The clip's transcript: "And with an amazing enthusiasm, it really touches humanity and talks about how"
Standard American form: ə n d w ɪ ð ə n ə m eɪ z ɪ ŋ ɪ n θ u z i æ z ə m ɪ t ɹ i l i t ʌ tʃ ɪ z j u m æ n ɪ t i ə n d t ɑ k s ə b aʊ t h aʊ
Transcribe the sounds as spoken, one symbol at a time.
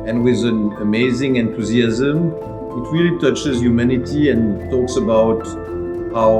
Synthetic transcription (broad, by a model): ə n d w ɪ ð ə n ə m eɪ z ɪ ŋ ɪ n t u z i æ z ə m ɪ t ɹ i l i t ʌ tʃ ɪ z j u m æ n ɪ t i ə n t ɑ k s ə b aʊ t h aʊ